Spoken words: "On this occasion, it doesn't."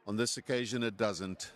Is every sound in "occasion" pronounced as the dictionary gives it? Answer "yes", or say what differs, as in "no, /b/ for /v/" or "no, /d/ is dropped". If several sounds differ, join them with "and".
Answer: yes